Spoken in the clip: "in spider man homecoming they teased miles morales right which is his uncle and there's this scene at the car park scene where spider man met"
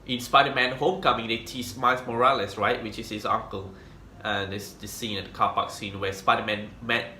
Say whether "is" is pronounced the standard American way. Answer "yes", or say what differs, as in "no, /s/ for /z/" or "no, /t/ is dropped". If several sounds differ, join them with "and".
no, /s/ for /z/